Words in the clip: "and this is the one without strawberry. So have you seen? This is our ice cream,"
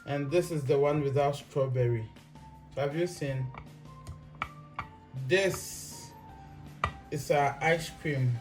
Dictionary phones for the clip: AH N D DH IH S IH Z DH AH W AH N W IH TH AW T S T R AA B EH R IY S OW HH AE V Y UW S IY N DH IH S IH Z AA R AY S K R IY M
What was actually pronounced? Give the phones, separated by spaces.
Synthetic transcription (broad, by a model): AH N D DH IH S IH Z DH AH W AH N W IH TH AW T S T R AA B EH R IY S OW HH AE V Y UW S IY N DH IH S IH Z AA AY S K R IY M